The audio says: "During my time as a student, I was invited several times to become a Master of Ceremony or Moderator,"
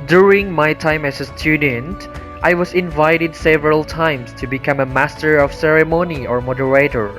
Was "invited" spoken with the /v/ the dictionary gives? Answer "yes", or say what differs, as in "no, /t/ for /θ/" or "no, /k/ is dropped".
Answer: yes